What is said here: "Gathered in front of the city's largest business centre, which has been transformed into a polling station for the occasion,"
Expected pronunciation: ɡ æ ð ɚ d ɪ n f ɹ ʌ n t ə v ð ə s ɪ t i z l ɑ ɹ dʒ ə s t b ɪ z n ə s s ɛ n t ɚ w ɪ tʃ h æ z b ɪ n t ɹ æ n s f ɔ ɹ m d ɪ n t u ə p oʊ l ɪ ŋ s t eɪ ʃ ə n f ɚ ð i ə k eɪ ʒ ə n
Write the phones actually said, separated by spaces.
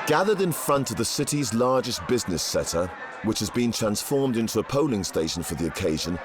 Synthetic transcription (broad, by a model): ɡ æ ð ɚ d ɪ n f ɹ ʌ n t ə v ð ə s ɪ t i z l ɑ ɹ dʒ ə s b ɪ z n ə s s ɛ t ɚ w ɪ tʃ h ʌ z b ɪ n t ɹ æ n s f ɔ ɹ m d ɪ n t u ə p oʊ l ɪ ŋ s t eɪ ʃ ə n f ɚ ð i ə k eɪ ʒ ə n